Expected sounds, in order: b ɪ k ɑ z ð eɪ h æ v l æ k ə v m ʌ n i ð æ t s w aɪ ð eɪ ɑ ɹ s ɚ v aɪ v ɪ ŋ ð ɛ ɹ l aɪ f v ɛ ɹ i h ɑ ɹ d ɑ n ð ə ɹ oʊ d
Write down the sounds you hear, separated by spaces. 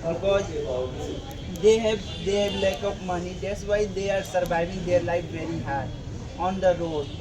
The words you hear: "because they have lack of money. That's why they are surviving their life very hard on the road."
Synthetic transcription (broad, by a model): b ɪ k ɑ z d eɪ h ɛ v l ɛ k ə p m ʌ n i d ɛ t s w aɪ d eɪ ɑ ɹ s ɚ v aɪ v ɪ ŋ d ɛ ɹ l aɪ f v ɛ ɹ i h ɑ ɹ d ɑ n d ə ɹ oʊ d